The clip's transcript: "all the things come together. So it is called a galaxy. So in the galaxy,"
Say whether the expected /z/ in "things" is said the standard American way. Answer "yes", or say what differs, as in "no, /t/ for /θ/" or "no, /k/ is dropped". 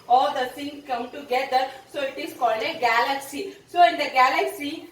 no, /z/ is dropped